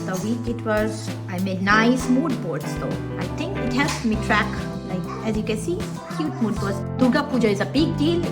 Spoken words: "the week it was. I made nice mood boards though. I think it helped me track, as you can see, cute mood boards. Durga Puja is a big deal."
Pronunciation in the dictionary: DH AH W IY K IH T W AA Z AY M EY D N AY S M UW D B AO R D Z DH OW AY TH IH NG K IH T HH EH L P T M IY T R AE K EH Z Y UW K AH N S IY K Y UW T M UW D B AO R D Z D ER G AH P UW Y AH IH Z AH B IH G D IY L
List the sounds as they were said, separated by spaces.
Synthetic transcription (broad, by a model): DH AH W IY K IH T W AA Z AY M EY D N AY S M UW D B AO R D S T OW AY T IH NG K IH T HH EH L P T M IY T R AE K EH Z Y UW K AH N S IY K Y UW T M UW D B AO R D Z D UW G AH P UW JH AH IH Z AH B IH G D IY L